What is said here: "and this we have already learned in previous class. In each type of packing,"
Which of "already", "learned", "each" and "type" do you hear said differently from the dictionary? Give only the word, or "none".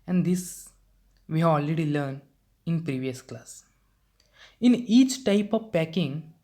learned